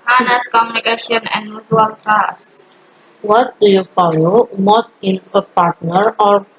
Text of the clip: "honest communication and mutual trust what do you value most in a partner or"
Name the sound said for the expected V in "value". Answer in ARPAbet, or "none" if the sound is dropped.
P